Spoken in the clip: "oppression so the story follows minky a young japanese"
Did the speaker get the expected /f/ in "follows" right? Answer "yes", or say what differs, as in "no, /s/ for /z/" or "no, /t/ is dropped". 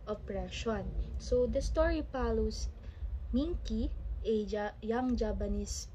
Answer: no, /p/ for /f/